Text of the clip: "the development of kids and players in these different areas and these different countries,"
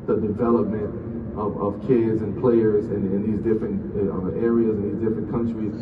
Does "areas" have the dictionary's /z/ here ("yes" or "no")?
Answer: yes